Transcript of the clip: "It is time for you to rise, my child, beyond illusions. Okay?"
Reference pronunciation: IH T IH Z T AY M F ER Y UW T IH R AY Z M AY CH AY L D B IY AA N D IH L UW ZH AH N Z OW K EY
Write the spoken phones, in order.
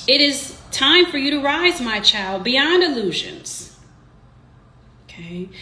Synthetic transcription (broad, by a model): IH T IH Z T AY M F ER Y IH T IH R AY Z M AY CH AY L D B IY AA N D IH L UW ZH AH N Z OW K EY